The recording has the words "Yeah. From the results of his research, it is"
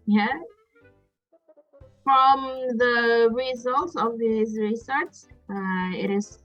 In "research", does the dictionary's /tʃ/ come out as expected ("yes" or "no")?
no